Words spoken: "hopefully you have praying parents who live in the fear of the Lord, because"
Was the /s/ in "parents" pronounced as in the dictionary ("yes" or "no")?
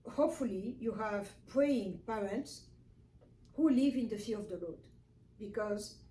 yes